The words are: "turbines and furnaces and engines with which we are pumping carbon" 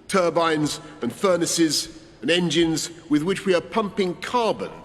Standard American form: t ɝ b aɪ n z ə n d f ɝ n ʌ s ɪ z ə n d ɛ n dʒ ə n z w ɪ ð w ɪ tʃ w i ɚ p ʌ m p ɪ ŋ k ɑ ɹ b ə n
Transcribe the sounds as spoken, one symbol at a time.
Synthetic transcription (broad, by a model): t ɝ b aɪ n z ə n f ɝ n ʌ s ɪ z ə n ɛ n dʒ ə n z w ɪ ð w ɪ tʃ w i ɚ p ʌ m p ɪ ŋ k ɑ ɹ b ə n